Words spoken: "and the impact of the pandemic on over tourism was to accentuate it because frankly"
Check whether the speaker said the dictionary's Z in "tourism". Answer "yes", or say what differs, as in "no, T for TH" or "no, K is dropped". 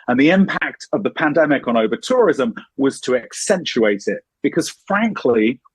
yes